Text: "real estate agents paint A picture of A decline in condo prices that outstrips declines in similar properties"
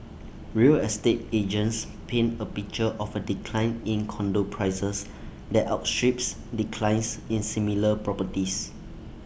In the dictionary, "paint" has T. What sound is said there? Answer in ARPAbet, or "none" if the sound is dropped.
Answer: none